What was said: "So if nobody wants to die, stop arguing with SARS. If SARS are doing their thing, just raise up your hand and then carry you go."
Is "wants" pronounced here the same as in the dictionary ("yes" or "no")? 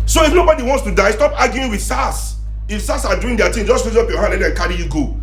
yes